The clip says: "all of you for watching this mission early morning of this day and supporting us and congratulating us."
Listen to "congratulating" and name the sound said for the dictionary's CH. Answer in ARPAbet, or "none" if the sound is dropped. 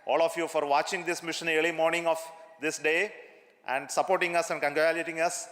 none